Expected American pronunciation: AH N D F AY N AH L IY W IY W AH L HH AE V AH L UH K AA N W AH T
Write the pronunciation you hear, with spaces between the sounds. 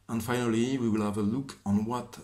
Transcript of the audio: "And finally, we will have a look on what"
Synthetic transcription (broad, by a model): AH N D F AY N AH L IY W IY W AH L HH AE V AH L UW K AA N W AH T